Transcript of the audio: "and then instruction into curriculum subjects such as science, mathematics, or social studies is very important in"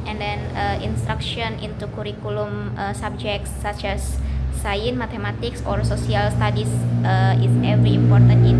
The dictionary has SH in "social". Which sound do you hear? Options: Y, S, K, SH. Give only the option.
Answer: S